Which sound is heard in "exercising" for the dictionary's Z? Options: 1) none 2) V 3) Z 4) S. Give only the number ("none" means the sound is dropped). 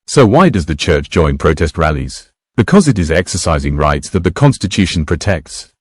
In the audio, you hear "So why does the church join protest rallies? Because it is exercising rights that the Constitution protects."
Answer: 3